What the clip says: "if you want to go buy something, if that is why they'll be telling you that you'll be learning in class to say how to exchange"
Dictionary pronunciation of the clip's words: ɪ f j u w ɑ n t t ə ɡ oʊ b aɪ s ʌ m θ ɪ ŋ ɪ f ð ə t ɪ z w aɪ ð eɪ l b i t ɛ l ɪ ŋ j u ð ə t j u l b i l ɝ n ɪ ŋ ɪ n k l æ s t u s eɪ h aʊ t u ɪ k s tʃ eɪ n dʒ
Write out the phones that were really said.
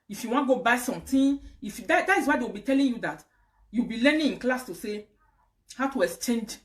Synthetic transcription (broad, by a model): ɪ f j u w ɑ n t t ɡ oʊ b aɪ s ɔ m t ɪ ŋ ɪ f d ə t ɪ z w aɪ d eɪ w b i t ɛ l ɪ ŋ j u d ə t j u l b i l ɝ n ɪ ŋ ɪ n k l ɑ s t u s eɪ h aʊ t u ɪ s tʃ eɪ n dʒ